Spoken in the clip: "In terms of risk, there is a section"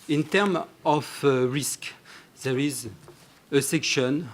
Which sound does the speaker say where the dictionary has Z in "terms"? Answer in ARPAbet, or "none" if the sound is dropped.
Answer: none